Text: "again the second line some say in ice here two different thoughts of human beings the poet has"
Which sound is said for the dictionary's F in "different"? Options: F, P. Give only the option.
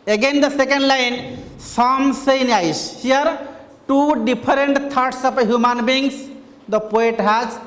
P